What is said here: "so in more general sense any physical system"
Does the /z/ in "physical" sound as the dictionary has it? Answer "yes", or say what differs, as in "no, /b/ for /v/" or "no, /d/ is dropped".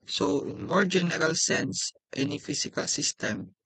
no, /s/ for /z/